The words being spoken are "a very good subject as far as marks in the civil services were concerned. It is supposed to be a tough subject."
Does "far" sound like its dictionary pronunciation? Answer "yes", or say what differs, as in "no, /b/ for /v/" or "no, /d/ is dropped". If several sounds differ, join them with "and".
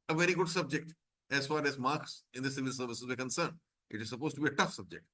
yes